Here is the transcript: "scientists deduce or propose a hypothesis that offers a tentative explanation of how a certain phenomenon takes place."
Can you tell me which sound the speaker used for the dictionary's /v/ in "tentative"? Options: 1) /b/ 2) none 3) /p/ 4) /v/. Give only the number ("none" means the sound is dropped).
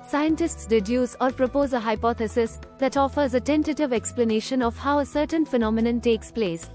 4